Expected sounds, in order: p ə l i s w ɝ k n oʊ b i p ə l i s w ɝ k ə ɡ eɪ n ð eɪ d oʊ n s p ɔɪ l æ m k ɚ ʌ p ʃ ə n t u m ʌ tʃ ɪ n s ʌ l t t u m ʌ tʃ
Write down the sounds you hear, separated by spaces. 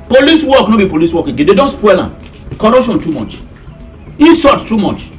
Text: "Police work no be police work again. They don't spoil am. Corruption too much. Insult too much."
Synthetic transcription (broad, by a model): p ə l i s w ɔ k n oʊ b i p ə l i s w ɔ k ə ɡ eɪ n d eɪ d oʊ n s p ɔɪ l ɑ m k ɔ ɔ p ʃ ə n t u m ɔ tʃ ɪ s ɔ t t u m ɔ tʃ